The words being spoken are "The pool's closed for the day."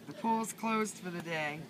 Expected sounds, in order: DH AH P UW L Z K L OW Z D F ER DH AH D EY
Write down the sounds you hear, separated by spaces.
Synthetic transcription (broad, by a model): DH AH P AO Z K L OW Z D F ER DH AH D EY